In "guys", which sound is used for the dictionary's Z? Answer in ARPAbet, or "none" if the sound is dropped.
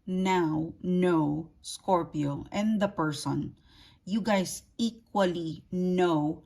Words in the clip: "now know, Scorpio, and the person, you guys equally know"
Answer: S